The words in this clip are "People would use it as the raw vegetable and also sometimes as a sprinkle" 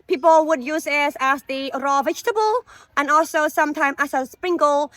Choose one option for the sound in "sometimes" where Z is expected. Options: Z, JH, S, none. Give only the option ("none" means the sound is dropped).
none